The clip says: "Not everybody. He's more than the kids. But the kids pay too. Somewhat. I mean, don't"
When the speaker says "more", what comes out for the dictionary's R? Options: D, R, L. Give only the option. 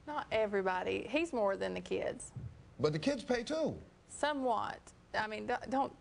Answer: R